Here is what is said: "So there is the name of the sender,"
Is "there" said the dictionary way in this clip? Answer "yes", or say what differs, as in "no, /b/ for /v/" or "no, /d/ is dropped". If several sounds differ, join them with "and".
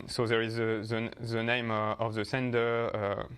yes